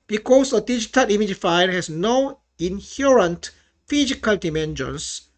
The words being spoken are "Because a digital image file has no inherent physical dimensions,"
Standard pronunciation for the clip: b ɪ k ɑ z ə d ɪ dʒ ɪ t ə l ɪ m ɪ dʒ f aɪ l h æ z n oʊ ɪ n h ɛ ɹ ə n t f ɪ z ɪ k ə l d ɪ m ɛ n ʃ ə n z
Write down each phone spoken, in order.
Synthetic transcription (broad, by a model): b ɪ k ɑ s ə d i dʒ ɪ t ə l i m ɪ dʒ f aɪ n h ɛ s n oʊ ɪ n h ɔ ɹ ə n t f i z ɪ k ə l d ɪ m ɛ n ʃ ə n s